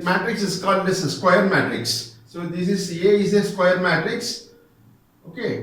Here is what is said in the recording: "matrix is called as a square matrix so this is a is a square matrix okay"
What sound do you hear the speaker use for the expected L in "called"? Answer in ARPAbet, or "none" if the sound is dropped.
L